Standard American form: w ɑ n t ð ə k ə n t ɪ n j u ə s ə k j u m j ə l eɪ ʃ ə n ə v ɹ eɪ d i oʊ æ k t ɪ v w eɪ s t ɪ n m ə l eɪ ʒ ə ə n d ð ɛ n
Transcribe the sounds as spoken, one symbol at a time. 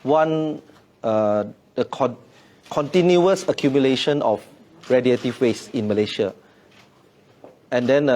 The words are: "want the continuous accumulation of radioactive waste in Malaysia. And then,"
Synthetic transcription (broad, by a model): w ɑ n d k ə k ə n t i n j u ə s ə k j u m j ə l eɪ ʃ ə n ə f ɹ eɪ d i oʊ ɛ t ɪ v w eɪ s ɪ n m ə l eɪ ʃ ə ə n d ɛ n